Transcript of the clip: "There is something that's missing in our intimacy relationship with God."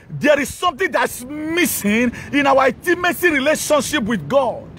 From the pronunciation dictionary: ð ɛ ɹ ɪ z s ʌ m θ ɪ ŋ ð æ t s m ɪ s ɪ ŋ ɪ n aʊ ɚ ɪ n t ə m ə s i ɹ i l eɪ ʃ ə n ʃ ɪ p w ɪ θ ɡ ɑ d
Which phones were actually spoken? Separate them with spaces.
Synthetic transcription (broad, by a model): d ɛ ɹ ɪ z s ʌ m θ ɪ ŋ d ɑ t s m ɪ s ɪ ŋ ɪ n aʊ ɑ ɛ t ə m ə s i ɹ i l eɪ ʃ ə n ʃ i p w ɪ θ ɡ ɑ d